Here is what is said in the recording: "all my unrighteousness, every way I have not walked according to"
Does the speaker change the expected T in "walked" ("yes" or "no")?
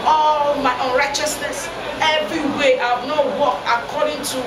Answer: yes